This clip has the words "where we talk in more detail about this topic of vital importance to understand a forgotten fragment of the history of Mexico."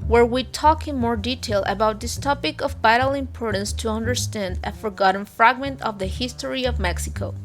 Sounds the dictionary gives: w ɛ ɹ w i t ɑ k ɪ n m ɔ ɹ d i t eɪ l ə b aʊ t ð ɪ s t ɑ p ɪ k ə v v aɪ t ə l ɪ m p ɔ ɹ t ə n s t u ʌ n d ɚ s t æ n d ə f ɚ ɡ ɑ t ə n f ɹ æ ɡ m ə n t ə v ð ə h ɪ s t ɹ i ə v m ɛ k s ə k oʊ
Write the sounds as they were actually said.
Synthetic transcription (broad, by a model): w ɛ ɹ w i t ɑ k ɪ n m ɔ ɹ d i t eɪ l ə b aʊ t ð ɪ s t ɑ p ɪ k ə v b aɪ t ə l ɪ m p ɔ ɹ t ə n s t u ʌ n d ɚ s t æ n d ə f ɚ ɡ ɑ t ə n f ɹ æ ɡ m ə n t ə v ð ə h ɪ s t ɹ i ə v m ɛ k s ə k oʊ